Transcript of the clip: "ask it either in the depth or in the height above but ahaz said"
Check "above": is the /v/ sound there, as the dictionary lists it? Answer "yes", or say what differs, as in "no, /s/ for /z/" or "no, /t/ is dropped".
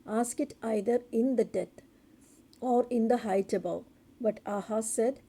no, /w/ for /v/